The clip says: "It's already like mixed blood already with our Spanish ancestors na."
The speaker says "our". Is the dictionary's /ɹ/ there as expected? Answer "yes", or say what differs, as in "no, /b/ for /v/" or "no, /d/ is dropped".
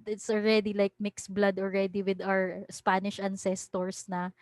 yes